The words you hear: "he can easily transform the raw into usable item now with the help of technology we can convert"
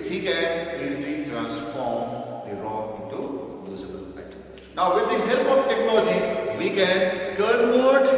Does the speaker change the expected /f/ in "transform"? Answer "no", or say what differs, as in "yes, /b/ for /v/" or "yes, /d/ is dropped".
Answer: no